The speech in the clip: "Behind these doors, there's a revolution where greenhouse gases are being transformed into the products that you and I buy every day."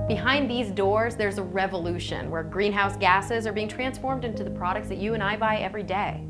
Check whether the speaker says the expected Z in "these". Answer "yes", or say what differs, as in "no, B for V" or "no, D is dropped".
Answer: yes